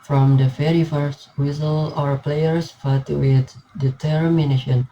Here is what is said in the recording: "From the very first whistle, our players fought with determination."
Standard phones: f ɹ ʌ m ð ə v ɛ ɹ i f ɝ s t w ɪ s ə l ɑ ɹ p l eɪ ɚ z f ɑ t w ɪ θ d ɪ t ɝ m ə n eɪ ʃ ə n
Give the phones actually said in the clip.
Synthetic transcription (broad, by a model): f ɹ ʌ m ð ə f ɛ ɹ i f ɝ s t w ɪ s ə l ɑ ɹ p l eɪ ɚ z f ɑ t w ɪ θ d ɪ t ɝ m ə n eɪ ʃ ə n